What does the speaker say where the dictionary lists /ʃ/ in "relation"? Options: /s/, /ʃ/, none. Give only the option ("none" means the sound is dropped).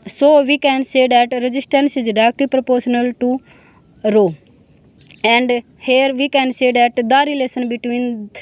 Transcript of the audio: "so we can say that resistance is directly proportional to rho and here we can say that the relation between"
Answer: /s/